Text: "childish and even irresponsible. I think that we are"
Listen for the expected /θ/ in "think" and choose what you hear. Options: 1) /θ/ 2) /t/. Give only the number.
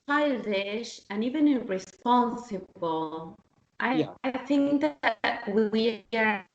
1